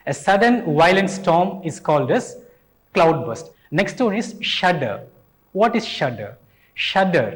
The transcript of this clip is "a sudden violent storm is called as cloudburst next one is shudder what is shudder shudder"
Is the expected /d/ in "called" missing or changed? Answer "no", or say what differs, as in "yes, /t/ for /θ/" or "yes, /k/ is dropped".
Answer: no